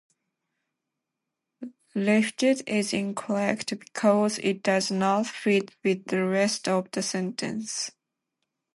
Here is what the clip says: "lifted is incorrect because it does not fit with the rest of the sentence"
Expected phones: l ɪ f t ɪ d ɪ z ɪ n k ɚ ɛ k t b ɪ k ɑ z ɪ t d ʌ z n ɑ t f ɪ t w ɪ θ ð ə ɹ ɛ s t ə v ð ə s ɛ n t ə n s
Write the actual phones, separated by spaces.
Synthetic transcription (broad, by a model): l ɪ f t ɪ d ɪ z ɪ n k ɚ ɛ k t b ɪ k ɑ z ɪ t d ʌ z n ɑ t f ɪ t w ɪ ð ə ɹ ɛ s t ə v ð ə s ɛ n t ə n s